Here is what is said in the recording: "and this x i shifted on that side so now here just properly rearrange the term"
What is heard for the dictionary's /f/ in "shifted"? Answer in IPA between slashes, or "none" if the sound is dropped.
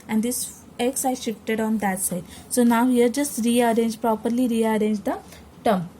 /f/